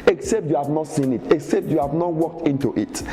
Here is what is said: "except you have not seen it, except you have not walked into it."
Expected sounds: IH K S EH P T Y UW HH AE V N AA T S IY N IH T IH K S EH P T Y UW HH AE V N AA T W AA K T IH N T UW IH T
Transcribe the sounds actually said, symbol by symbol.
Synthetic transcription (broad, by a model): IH K S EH P T Y UW HH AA V N AA T S IY N IH T IH K S EH P T Y UW HH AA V N AA T W AA K T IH N T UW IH T